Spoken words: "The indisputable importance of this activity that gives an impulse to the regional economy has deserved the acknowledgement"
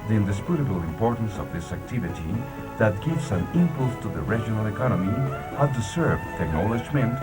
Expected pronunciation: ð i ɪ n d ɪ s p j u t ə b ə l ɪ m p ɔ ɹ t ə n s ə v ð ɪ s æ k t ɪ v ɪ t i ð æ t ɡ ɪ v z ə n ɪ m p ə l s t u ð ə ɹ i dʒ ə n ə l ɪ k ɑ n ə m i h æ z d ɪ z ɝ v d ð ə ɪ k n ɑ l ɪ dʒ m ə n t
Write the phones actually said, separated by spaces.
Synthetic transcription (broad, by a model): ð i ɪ n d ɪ s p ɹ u t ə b l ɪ m p ɔ ɹ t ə n s ə v ð ɪ s æ k t ɪ v ɪ t i ð æ t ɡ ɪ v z ə n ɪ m p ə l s t u ð ə ɹ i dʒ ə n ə l ɪ k ɑ n ə m i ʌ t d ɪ s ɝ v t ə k n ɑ l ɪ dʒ m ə n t